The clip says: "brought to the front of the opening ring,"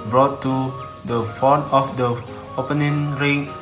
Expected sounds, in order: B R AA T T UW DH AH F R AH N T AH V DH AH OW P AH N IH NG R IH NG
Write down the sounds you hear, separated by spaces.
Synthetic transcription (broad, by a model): B R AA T T UW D AH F AO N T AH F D AH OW P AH N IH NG R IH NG